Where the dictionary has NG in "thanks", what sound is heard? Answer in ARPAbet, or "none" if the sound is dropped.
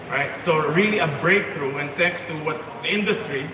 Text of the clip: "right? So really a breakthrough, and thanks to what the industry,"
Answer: none